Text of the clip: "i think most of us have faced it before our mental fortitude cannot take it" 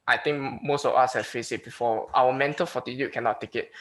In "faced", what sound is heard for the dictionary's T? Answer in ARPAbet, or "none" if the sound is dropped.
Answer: none